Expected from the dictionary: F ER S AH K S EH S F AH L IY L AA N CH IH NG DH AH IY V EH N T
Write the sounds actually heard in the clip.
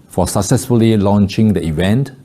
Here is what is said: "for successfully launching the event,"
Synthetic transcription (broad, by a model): F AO S AH K S EH S F AH L IY L AA N CH IH NG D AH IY V EH N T